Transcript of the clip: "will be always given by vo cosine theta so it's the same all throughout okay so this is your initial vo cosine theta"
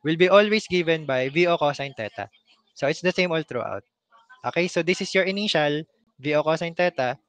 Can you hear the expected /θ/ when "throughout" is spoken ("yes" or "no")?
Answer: no